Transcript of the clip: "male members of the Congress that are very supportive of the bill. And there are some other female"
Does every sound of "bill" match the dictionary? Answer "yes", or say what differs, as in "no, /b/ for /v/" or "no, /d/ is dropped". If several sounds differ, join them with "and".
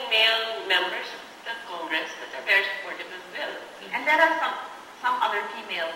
no, /n/ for /l/